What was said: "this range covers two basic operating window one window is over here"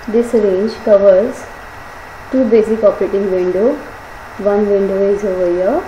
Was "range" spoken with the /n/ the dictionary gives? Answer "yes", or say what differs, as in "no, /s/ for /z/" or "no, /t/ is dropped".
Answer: yes